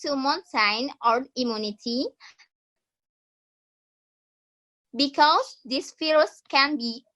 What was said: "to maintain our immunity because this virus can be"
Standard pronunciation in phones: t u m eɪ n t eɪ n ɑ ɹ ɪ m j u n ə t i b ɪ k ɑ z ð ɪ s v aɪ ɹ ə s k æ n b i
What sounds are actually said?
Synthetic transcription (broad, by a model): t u m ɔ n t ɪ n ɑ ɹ ɪ m j u n ə t i b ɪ k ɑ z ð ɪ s f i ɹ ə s k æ n b i